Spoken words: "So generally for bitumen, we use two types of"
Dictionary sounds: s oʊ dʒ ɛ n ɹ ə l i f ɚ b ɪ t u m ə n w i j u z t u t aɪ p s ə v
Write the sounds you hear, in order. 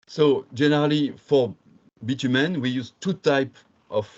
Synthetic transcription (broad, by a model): s oʊ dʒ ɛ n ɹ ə l i f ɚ b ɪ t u m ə n w i j u z t u t aɪ p ə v